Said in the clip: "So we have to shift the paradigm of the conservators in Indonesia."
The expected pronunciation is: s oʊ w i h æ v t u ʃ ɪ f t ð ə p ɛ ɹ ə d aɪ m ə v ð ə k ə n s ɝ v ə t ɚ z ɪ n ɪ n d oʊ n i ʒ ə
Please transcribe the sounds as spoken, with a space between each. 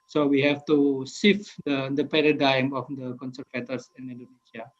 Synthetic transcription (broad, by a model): s oʊ w i h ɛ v t u s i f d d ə p ɛ ɹ ə d aɪ m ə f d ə k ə n s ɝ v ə t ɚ s ɪ n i n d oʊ n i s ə